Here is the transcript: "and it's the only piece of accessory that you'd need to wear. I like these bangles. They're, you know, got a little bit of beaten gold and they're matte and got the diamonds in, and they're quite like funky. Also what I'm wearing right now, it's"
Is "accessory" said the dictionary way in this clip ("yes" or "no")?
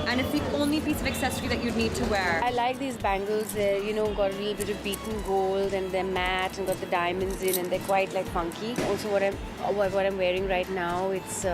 yes